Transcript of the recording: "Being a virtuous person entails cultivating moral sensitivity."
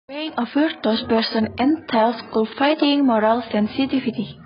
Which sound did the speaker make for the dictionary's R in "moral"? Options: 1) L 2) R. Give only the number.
2